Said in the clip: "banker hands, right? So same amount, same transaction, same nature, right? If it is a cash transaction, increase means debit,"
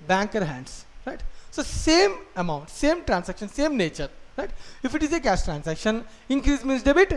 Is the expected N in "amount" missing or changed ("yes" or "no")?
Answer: no